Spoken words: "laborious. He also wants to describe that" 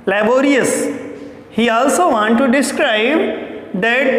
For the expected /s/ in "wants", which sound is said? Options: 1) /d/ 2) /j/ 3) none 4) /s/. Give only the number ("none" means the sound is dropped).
3